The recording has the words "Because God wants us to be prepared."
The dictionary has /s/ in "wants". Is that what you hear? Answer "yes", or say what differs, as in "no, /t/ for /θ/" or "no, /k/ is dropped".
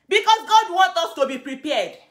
no, /s/ is dropped